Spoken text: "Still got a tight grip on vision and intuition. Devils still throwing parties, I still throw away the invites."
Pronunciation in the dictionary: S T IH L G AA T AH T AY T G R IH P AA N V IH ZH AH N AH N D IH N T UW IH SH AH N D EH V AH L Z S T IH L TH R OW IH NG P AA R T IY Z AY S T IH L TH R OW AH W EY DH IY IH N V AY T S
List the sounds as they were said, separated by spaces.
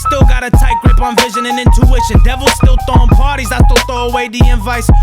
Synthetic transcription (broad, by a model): S T IH L G AA T AH T AY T G R IH P N V IH ZH AH N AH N IH N T UW IH SH AH N D EH V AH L S T IH L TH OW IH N P AA R T IY Z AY S T IH L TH OW AH W EY DH IY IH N V AY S